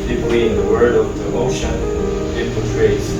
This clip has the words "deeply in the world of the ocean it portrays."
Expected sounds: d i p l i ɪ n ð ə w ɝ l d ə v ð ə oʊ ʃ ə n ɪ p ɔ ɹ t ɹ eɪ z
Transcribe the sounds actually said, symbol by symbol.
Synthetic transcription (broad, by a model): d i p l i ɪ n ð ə w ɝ d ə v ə oʊ ʃ ə n ɪ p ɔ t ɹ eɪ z